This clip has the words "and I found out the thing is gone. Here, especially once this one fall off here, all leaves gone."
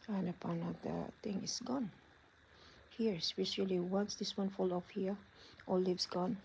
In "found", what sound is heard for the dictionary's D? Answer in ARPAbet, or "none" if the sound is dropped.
none